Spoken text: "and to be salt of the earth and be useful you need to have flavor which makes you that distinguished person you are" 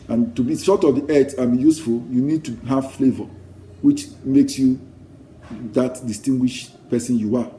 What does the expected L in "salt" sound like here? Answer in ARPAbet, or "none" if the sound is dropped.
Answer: none